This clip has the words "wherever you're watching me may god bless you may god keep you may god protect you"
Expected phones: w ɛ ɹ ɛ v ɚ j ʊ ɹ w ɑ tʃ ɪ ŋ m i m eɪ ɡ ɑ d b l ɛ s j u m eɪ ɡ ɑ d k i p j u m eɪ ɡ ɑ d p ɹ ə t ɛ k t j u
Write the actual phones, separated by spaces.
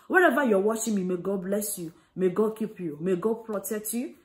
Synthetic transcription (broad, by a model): w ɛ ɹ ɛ v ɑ j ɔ w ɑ ʃ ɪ m i m eɪ ɡ ɑ d b l ɛ s j u m eɪ ɡ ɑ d k i p j u m eɪ ɡ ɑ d p ɹ ə t ɛ k t j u